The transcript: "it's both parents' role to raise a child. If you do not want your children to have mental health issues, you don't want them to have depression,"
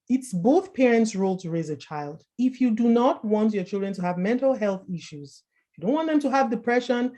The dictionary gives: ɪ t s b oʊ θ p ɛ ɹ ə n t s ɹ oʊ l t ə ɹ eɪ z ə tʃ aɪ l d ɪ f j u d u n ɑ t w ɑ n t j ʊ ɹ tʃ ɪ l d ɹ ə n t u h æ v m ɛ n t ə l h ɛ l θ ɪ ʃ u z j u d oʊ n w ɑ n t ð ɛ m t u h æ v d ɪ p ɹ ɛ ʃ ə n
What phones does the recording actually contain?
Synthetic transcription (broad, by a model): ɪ t s b oʊ θ p ɛ ɹ ə n t s ɹ oʊ l t ə ɹ eɪ z ə tʃ aɪ l d ɪ f j u d u n ɑ t w ɑ n t j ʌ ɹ tʃ ɪ l d ɹ ə n t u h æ v m ɛ n t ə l h ɛ l θ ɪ ʃ u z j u d oʊ n w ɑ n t ð ɛ m t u h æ v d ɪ p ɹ ɛ ʃ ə n